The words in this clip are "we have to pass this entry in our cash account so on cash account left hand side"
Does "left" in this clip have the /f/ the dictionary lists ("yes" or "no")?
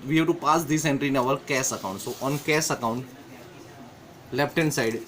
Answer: no